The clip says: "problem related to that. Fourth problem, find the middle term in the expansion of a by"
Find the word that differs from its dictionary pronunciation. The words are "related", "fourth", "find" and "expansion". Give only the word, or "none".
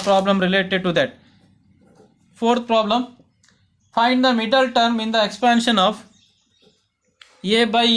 fourth